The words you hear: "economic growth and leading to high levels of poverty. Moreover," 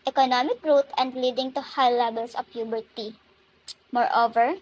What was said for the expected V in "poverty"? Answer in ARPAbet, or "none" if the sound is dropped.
B